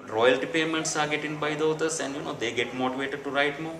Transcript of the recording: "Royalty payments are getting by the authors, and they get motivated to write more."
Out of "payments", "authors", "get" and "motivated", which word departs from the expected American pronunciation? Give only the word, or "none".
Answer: authors